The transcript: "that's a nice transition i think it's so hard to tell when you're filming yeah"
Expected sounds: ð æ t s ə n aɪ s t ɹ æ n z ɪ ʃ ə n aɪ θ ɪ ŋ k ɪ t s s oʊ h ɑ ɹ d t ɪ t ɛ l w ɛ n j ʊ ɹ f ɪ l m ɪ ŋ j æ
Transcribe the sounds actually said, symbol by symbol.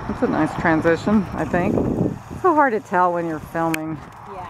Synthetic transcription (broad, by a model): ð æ t s ə n aɪ s t ɹ æ n z ɪ ʃ ə n aɪ θ ɪ ŋ k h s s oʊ h ɑ ɹ d t ɪ t ɛ l w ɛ n j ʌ ɹ f ɪ l m ɪ ŋ